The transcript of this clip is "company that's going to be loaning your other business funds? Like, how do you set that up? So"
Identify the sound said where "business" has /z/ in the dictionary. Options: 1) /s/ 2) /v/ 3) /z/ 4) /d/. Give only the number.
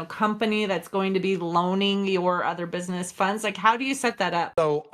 3